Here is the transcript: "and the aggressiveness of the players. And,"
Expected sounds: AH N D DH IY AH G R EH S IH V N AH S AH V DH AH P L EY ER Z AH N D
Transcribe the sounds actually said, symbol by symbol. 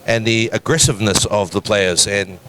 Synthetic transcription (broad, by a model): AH N DH IY AH G R EH S IH V N AH S AH V DH AH P L EY ER Z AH N